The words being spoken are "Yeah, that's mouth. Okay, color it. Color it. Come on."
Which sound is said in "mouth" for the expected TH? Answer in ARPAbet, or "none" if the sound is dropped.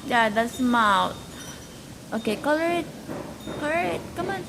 T